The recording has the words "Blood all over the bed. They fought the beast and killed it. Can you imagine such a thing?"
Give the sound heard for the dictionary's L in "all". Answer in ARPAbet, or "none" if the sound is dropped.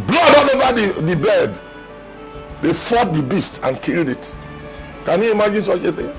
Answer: N